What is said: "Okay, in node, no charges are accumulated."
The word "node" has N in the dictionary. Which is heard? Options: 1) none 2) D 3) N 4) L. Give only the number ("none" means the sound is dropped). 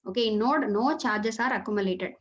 3